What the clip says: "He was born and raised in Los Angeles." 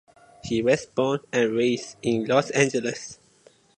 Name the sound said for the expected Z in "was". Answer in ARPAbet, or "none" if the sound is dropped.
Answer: S